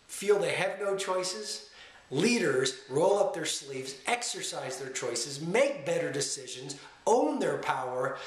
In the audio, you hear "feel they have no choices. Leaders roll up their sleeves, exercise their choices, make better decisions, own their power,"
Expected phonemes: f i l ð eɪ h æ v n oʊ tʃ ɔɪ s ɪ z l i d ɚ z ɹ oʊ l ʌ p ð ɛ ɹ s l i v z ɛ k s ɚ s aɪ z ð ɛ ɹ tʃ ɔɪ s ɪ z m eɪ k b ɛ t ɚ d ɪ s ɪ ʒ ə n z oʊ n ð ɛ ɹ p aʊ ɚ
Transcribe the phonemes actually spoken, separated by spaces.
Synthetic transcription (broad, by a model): f i l ð eɪ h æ v n oʊ tʃ ɔɪ s ɪ z l i d ɚ z ɹ oʊ l ʌ p ð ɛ ɹ s l i v z ɛ k s ɚ s aɪ z ð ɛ ɹ tʃ ɔɪ s ɪ z m eɪ k b ɛ t ɚ d ɪ s ɪ ʒ ə n z oʊ n ð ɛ ɹ p aʊ ɚ